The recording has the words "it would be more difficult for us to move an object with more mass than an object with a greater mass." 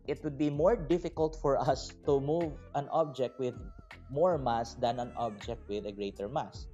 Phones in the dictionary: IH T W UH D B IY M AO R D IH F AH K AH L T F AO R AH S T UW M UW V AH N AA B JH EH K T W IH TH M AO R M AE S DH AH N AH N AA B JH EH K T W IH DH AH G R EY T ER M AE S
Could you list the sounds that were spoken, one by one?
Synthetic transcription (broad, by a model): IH T W UH D B IY M AO R D IH F AH K AH L T F AO R AH S T UW M UW V AH N AA B JH EH K T W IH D M AO R M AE S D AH N AH N AA B JH EH K T W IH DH AH G R EY T ER M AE S